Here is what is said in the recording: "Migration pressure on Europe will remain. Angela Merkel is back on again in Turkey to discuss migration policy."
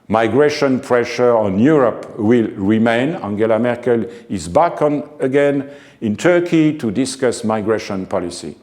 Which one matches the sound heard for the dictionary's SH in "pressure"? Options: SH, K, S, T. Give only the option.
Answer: SH